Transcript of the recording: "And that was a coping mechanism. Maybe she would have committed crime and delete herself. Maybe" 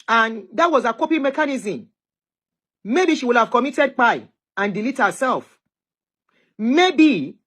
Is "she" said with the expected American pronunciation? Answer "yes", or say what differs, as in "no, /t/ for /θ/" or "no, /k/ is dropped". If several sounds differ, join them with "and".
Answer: yes